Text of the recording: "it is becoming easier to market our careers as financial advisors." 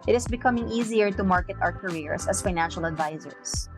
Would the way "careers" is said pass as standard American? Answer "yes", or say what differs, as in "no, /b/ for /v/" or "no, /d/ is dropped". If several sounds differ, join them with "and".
no, /s/ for /z/